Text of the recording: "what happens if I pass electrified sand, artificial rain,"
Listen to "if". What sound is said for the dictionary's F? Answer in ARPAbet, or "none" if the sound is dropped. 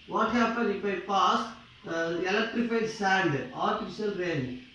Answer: P